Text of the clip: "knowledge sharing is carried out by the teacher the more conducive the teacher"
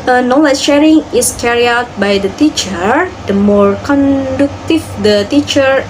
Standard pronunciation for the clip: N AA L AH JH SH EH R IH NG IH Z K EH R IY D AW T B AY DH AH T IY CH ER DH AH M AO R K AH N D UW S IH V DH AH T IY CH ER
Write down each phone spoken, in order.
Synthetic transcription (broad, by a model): N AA L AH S SH EH R IH NG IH S K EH R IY AW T B AY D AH T IY CH ER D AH M AO R K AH N D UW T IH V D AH T IY CH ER